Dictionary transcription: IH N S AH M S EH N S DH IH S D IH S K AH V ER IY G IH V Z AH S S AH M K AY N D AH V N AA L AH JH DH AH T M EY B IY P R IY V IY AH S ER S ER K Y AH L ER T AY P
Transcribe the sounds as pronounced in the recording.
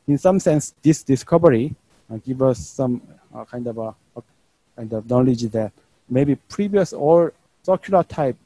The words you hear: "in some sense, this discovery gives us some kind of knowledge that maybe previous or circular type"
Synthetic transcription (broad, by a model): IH N S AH M S EH N S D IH S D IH S K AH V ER IY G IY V AH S S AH M K AY N D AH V N AA L AH JH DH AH T M EY B IY P R IY V IY AH S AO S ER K Y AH L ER T AY P